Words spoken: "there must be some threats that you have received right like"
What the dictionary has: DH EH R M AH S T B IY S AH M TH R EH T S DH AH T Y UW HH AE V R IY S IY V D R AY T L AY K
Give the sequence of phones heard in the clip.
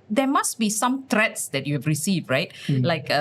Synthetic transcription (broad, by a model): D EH M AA S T B IY S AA M T R EH T S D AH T Y UW HH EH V R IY S IY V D R AY T L AY K